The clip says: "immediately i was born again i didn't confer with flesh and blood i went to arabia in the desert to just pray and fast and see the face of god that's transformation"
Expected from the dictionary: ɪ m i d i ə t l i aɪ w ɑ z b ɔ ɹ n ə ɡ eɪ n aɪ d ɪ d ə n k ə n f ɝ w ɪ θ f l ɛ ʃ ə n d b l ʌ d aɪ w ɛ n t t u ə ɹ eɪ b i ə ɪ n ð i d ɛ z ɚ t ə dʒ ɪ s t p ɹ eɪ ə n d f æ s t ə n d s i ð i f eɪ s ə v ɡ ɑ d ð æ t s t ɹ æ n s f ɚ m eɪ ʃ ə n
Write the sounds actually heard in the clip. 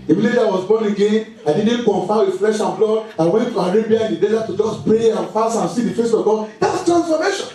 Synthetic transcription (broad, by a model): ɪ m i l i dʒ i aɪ w ɑ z b ɔ n ə ɡ eɪ n aɪ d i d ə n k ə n f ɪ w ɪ f l ɛ ʃ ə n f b l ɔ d aɪ w ɛ n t t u ə ɹ eɪ b i ə ɪ n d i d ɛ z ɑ t ə dʒ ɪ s p ɹ eɪ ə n f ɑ s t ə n s i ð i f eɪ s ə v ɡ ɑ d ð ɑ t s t ɹ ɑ n s f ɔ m eɪ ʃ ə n